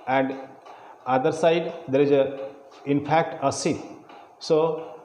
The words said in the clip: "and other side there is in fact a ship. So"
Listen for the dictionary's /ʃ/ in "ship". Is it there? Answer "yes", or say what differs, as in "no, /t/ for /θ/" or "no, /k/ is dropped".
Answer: no, /s/ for /ʃ/